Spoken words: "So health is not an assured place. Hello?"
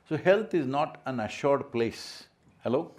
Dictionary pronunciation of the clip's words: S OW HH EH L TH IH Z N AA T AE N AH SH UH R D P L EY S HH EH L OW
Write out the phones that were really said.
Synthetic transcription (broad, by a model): S OW HH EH L T IH Z N AA T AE N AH SH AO R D P L EY S HH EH L OW